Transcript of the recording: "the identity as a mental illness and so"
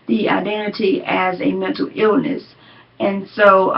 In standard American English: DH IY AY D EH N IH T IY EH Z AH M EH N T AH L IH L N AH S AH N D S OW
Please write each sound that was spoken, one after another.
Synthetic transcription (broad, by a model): DH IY AY D EH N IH T IY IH Z AH M EH N T L IH L N AH S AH N S OW